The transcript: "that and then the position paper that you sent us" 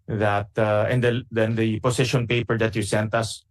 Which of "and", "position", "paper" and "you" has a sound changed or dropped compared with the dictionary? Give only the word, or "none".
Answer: position